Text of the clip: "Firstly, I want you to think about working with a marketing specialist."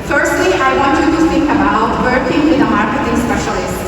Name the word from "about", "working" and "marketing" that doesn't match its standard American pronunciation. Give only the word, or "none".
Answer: marketing